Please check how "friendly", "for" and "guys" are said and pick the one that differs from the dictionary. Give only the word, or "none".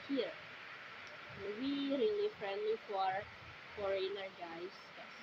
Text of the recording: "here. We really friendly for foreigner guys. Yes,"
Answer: guys